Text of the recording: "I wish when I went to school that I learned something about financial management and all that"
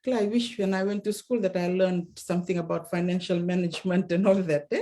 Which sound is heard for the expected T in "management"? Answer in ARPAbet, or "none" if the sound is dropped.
T